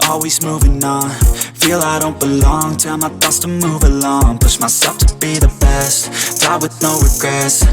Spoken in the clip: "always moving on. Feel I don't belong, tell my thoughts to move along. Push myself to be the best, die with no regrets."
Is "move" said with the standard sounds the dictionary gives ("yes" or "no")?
yes